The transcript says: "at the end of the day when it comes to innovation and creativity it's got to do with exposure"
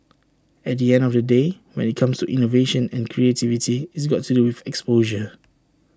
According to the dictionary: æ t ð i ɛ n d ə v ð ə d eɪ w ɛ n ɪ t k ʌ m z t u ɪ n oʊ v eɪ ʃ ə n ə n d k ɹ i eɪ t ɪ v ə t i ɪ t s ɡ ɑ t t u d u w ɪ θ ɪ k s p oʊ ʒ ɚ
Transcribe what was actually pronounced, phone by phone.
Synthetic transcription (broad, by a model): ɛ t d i ɛ n d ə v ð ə d eɪ w ɛ n ɪ t k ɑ m s t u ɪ n oʊ v eɪ ʃ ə n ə n k ɹ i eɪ t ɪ v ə t i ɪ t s ɡ ɑ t t u d u w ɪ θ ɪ k s p oʊ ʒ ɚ